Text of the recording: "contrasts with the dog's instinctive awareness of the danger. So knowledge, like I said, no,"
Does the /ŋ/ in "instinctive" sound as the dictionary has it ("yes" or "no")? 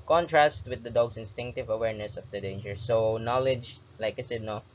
yes